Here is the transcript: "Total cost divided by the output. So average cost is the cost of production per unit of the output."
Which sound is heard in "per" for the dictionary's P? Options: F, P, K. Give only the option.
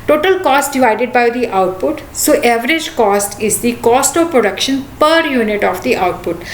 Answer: P